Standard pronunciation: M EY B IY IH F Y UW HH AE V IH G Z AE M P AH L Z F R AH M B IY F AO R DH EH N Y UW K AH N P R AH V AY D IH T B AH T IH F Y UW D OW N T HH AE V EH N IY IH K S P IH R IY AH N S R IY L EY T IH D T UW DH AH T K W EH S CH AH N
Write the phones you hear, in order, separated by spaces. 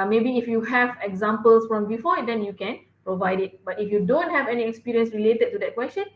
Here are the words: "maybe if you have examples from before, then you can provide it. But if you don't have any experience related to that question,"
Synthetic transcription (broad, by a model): M EY B IY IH F Y UW HH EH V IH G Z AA M P AH L S F R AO M B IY F AO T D EH N Y UW K AH N P R AH V AY D IH T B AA T IH F Y UW D OW N T HH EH V EH N IY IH K S P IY R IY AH N S R IY L EY T IH D T UW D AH T K W EH S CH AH N